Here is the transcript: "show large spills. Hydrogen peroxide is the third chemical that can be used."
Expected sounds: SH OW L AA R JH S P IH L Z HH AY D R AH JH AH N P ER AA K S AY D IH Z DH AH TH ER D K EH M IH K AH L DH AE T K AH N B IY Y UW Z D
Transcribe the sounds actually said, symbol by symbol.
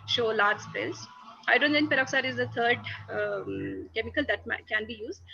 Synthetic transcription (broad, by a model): SH OW L AA R JH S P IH L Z AY D AH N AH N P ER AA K S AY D IH Z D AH T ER D K EH M IH K AH L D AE T K AH N B IY Y UW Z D